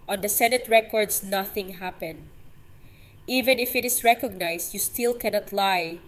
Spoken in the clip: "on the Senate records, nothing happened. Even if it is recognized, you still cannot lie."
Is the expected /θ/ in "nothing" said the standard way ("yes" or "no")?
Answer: yes